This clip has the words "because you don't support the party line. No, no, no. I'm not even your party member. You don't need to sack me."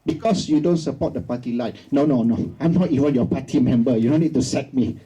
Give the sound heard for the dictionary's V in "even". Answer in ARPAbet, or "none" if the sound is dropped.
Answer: W